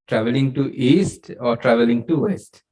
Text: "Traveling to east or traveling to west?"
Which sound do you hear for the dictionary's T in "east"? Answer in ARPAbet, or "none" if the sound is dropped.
T